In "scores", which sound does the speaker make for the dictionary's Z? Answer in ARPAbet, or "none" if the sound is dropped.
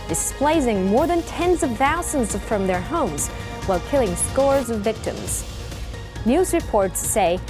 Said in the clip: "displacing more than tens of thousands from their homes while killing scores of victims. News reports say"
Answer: Z